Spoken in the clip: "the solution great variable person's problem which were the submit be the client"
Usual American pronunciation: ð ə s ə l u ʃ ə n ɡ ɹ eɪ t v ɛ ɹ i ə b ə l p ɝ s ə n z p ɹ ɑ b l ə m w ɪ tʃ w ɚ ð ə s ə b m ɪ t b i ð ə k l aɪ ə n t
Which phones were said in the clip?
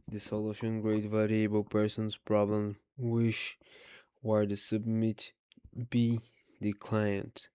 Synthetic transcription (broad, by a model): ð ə s ə l u ʃ ə n ɡ ɹ eɪ t v ɛ ɹ i ə b ə l p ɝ s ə n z p ɹ ɑ b l ə m w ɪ ʃ w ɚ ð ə s ə b m ɪ t b i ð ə k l aɪ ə n t